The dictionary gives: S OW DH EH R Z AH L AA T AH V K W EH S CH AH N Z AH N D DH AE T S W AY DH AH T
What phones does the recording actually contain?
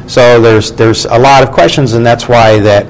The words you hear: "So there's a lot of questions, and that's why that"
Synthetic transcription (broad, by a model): S OW DH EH R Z AH L AA T AH V K W EH S CH AH N Z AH N DH AE T S W AY DH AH T